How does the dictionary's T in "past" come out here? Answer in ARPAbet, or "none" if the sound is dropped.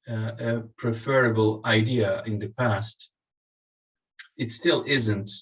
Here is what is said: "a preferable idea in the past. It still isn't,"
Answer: T